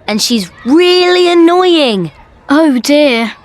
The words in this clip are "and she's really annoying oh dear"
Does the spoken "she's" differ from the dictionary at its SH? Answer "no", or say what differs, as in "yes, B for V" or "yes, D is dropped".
no